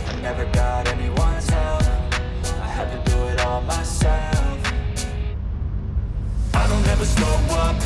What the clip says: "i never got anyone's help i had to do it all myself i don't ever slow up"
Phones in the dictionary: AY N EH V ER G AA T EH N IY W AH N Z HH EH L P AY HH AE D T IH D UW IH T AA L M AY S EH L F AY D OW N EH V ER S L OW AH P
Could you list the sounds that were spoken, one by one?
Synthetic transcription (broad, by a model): AY N EH V ER G AA T EH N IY W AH N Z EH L AY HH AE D T IH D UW IH T AA L M AY S EH L F AY D OW N EH V ER S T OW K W